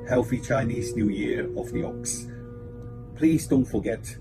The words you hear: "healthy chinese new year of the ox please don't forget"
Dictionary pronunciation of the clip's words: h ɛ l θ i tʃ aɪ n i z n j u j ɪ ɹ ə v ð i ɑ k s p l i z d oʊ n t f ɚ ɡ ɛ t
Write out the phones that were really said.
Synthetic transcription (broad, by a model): h ɛ l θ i tʃ aɪ n i z n j u j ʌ ɹ ə v ð i ɑ k s p l i z d oʊ n t f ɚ ɡ ɛ t